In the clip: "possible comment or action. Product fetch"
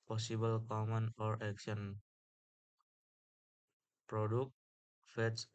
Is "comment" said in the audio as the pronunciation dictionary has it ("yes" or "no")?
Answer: no